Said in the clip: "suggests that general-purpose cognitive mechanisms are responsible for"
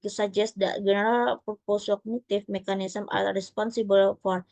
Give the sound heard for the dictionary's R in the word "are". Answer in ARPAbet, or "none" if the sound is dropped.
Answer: L